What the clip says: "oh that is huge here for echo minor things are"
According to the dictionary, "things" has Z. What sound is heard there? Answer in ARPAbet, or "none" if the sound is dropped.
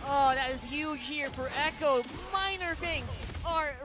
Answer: none